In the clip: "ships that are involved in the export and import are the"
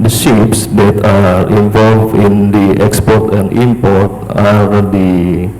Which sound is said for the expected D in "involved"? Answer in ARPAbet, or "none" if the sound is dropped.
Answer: none